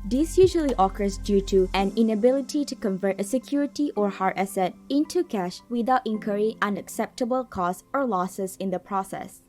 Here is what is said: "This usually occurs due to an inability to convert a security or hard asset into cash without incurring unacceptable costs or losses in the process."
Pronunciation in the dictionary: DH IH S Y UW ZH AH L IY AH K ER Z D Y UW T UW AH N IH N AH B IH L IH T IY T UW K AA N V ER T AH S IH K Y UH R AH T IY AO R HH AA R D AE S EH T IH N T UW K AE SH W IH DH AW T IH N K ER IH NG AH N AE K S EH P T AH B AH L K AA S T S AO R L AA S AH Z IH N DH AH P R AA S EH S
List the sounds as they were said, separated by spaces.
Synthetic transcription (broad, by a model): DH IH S Y UW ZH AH L IY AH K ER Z D Y UW T UW AH N IH N AH B IH L IH T IY T UW K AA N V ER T AH S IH K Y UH R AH T IY AO R HH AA R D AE S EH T IH N T UW K AE SH W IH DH AW T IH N K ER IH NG AH N AE K S EH P T AH B AH L K AA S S AO R L AA S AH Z IH N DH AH P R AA S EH S